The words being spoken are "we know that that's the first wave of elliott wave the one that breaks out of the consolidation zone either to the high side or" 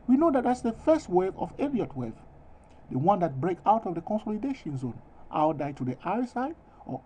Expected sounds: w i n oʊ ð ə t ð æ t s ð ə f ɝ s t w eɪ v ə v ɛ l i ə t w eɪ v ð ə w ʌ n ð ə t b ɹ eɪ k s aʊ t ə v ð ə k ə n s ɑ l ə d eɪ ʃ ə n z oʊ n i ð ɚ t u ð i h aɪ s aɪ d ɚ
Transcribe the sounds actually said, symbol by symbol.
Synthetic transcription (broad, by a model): w i n oʊ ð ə t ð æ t s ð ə f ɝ s t w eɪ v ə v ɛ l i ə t w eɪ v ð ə w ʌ n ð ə t b ɹ eɪ k aʊ t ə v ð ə k ə n s ɑ l ə d eɪ ʃ ə n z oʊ n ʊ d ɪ t u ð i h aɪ s aɪ d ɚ